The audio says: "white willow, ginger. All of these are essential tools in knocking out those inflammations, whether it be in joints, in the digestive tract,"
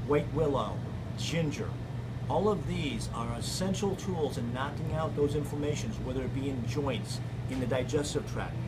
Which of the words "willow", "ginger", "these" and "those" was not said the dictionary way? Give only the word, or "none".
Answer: none